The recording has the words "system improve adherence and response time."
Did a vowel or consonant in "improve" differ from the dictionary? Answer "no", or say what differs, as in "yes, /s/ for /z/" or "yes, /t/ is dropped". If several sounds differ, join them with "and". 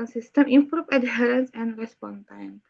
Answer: no